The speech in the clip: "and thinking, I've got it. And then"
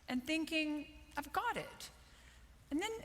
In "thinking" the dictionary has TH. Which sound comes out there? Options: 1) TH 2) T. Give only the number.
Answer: 1